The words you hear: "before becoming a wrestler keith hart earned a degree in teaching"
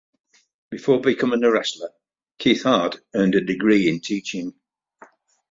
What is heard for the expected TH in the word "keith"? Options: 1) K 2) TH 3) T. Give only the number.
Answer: 2